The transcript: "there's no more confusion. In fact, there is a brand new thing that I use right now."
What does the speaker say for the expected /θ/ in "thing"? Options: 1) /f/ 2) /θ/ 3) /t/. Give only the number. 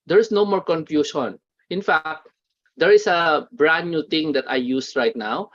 3